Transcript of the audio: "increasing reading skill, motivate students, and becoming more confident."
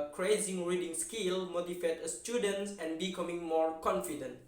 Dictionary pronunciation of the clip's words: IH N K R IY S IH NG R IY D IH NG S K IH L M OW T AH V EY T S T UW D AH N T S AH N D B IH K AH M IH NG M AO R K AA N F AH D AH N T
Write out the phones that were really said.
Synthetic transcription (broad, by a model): K R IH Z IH NG R IY D IH NG S K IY L M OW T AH F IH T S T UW D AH N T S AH N B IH K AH M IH NG M AO R K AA N F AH D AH N T